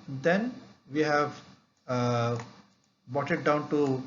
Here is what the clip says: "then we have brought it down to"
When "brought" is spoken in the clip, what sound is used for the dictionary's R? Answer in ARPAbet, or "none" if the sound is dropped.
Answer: none